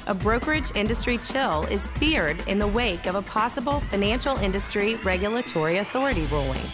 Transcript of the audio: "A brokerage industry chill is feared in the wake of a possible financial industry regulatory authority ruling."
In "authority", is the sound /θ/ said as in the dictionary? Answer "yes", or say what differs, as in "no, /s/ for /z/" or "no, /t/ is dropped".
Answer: yes